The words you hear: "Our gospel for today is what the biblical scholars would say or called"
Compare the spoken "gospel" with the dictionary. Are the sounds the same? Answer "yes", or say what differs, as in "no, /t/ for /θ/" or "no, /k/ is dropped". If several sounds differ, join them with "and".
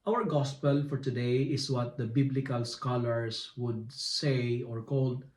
yes